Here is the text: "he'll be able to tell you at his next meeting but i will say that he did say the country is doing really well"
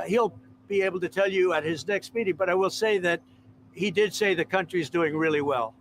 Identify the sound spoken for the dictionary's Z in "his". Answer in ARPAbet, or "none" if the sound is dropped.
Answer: Z